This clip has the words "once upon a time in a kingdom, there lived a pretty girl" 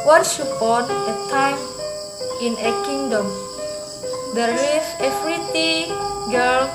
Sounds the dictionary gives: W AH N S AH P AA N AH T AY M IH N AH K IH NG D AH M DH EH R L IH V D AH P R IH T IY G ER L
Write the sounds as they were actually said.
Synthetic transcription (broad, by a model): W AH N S AH P AA N AH T AY M IH N AH K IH NG D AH M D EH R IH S AH F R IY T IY G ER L